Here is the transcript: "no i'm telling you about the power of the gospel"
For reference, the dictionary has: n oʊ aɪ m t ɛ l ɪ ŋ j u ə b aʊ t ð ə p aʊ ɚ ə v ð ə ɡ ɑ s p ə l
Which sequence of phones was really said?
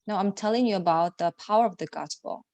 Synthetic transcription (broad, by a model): n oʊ aɪ m t ɛ l ɪ ŋ j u ə b aʊ t ð ə p aʊ ɚ ə v ð ə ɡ ɑ s p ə l